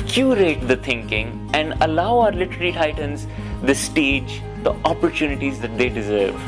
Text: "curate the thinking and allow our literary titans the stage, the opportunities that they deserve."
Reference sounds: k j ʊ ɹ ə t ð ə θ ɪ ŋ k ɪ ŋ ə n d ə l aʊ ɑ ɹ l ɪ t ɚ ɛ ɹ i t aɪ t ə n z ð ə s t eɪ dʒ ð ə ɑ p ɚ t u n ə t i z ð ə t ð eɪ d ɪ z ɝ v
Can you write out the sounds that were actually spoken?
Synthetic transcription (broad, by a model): k j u ɹ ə t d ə t ɪ ŋ k ɪ ŋ ə n d ə l aʊ ɑ ɹ l ɪ t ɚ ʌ l i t aɪ t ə n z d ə s t eɪ dʒ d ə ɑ p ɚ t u n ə t i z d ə t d eɪ d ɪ z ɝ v